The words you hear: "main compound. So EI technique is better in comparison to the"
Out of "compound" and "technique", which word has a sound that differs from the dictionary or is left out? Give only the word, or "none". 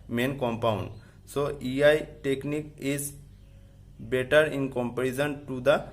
none